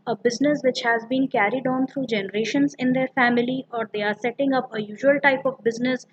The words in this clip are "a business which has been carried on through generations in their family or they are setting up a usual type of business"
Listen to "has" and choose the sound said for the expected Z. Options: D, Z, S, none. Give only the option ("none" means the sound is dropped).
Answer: Z